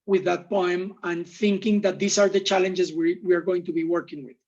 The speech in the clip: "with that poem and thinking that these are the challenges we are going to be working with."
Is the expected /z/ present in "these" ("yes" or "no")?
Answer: no